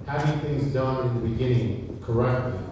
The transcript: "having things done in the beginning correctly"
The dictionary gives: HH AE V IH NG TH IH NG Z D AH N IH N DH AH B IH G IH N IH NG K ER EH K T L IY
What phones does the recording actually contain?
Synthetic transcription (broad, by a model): HH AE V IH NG TH IH NG Z D AH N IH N DH AH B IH G IH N IH NG K ER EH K T L IY